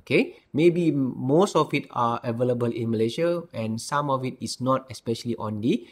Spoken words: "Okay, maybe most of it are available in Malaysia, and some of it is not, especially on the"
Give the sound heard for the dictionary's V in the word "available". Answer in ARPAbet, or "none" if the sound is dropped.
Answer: V